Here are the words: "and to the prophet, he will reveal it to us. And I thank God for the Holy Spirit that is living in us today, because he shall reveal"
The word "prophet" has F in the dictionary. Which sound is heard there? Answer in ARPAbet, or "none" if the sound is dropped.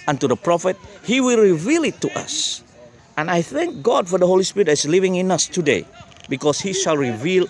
F